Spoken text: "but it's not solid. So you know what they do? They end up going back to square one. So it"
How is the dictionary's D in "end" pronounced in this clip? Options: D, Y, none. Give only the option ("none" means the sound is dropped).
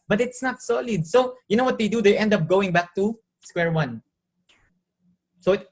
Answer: D